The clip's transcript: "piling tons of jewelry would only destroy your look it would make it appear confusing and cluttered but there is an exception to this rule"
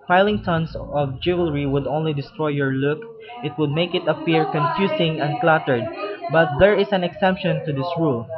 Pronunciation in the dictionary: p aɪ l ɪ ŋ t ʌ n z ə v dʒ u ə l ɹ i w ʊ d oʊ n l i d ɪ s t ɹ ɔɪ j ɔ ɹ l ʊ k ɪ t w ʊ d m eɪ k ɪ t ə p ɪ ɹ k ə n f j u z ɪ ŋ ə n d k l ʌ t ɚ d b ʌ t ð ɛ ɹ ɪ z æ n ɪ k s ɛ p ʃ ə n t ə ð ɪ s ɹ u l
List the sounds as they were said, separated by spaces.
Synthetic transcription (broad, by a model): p aɪ l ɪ ŋ t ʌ n s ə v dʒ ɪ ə l ɹ i w ʊ d oʊ n l i d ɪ s t ɹ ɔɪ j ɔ ɹ l ʊ k ɪ t w ʊ d m eɪ k ɪ t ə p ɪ ɹ k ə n f j u s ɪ ŋ ə n d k l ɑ t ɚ d b ʌ t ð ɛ ɹ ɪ s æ n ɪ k s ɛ p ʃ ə n t ə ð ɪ s ɹ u l